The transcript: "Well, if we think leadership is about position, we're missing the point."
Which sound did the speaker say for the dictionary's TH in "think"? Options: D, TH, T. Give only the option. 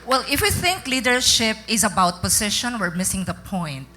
TH